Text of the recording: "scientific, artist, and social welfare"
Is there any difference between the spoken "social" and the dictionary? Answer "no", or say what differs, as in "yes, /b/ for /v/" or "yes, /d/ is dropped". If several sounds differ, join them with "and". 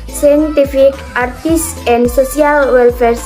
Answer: yes, /s/ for /ʃ/